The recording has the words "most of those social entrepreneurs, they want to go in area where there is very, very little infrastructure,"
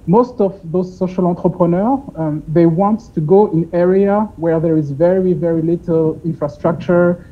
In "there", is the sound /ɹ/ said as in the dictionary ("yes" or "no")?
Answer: yes